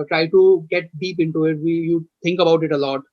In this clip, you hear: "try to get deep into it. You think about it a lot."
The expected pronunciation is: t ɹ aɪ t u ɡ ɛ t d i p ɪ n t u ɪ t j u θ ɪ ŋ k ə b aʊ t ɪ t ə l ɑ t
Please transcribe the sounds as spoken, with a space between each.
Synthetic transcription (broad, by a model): t ɹ aɪ t u ɡ ɛ t d i p ɪ n t u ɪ t j u t ɪ ŋ k ə b aʊ t ɪ t ə l ɑ t